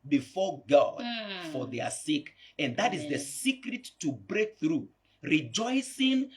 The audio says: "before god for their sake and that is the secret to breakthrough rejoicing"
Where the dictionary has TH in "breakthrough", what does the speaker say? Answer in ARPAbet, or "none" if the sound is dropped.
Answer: TH